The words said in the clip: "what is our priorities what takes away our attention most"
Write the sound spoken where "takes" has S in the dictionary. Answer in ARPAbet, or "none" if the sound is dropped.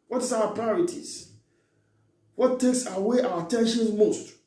S